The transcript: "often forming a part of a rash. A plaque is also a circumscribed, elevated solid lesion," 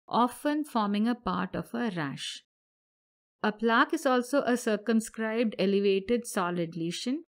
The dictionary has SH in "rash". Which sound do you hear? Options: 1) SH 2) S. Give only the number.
1